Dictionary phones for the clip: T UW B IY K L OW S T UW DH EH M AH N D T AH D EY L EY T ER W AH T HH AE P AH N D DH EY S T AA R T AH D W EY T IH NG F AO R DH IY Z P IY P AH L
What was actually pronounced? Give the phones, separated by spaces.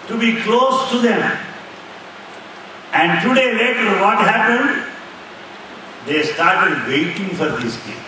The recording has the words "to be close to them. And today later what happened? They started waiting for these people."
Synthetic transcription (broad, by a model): T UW B IY K L OW S T UW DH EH M AH N D T AH D EY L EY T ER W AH T HH AE P AH N D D EY S T AA R T AH D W EY T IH NG F AO R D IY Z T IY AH